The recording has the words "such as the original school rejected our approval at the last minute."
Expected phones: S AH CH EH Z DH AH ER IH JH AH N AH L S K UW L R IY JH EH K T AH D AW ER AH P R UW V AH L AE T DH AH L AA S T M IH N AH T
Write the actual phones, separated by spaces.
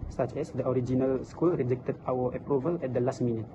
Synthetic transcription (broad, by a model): S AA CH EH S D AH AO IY JH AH N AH L S K UW L R IY JH EH K T AH D AW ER AH P R UW V AH L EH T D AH L AA S T M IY N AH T